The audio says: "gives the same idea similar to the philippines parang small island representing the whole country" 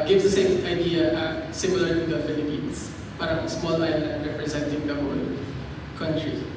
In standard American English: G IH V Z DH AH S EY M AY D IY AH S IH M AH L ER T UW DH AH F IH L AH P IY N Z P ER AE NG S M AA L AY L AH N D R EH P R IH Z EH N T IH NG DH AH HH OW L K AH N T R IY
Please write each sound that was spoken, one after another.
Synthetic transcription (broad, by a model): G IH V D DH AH S EY M AY D IY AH S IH M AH L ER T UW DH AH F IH L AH P IY N S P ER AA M S M AA L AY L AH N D R EH P R IH Z EH N T IH NG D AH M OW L K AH N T R IY